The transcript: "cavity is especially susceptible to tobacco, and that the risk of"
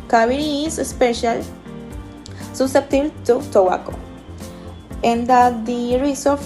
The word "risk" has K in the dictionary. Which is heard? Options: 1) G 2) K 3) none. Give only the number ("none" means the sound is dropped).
3